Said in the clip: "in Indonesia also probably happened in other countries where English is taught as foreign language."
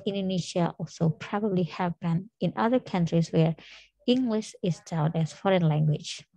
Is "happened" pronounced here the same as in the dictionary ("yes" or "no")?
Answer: no